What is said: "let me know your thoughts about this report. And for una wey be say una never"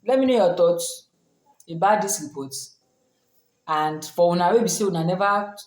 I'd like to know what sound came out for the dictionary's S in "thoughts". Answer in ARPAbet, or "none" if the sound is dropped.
none